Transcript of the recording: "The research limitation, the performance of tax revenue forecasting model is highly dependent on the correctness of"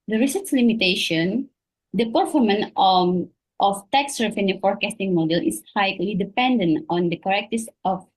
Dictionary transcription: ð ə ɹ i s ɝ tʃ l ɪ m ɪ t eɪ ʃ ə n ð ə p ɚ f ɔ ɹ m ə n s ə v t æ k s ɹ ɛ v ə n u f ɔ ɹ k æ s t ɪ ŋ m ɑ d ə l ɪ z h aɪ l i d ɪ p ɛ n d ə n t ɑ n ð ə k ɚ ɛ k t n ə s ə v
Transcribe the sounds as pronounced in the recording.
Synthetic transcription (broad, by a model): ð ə ɹ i s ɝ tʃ l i m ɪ t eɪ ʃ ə n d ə p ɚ f ɔ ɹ m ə n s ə f t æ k s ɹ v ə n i f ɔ ɹ k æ s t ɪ ŋ m ɑ d ə l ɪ s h aɪ l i d ɪ p ɛ n d ə n t ɑ n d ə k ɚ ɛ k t ə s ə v